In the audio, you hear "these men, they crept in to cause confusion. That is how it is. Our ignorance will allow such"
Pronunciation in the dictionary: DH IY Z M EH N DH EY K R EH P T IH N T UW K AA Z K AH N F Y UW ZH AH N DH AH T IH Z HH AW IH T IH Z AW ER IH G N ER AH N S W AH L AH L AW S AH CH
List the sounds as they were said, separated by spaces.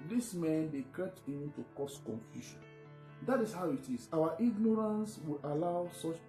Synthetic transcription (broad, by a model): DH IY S M EH N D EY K EH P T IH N T UW K AA S K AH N F Y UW SH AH N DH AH T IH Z HH AW IH T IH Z AW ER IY G N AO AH N S W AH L AH L AW S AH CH